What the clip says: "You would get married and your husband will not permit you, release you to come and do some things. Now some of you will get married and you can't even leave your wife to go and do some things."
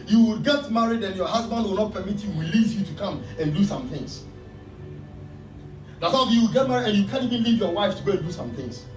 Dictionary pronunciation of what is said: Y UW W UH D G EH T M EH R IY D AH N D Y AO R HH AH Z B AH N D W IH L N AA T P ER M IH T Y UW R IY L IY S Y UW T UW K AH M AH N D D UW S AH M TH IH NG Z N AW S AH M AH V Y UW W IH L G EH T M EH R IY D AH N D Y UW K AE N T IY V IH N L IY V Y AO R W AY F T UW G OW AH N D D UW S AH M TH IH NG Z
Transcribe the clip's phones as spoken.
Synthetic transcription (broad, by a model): Y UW W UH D G EH T M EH R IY D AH N Y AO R HH AH Z B AH N D W IH L N AA T P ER M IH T Y UW W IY L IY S Y UW T UW K AH M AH N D D UW S AH M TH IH NG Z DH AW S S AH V Y UW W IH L G EH T M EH R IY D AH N Y UW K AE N IY V IH N L IY V Y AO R W AY F T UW G OW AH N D D UW S AH M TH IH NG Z